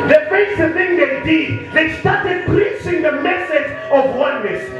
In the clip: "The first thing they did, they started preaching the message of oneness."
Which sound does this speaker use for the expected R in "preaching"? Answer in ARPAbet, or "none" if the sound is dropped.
L